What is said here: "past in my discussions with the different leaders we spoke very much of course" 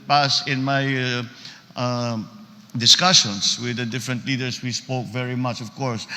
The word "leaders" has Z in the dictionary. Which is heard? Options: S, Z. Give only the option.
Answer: S